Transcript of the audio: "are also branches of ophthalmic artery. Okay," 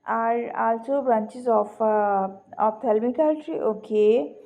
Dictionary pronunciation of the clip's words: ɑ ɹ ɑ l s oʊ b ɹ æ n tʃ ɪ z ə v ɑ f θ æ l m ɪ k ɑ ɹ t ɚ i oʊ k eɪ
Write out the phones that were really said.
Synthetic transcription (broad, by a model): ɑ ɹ ɑ l s oʊ b ɹ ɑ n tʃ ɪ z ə f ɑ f t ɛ l m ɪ k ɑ l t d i oʊ k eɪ